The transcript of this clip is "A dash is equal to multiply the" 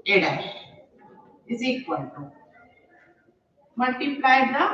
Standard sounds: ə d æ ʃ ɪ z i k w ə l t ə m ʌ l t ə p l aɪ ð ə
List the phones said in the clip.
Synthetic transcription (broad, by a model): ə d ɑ ɪ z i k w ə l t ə m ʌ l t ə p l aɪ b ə